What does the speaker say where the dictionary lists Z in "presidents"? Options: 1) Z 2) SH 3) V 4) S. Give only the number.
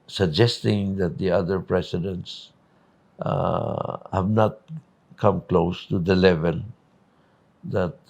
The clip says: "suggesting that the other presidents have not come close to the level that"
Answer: 4